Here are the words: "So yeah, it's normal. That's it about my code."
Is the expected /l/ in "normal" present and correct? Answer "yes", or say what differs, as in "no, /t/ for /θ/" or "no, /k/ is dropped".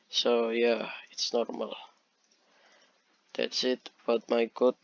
yes